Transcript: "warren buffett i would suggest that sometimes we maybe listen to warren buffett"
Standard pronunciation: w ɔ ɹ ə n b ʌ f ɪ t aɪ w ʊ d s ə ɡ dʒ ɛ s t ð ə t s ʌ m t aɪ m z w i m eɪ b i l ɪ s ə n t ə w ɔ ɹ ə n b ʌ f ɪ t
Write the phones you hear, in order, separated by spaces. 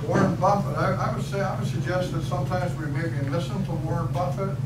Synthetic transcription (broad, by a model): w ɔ ɹ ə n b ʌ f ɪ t aɪ w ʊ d s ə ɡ dʒ ɛ s t ð ə t s ʌ m t aɪ m z w i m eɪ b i l ɪ s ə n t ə w ɔ ɹ ə n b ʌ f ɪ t